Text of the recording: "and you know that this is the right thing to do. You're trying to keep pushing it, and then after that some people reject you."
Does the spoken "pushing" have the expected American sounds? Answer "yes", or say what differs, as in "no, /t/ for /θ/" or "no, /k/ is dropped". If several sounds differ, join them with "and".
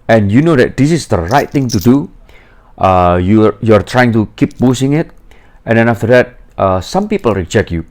no, /b/ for /p/ and /s/ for /ʃ/